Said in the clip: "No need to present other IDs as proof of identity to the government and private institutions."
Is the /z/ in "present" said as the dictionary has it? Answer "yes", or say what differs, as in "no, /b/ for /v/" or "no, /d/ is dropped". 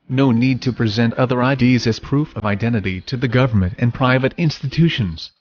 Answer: yes